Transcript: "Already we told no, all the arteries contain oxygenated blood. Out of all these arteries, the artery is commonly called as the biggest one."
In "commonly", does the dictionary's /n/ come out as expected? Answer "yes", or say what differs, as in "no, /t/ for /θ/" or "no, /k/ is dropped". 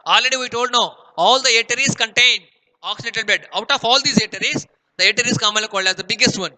no, /n/ is dropped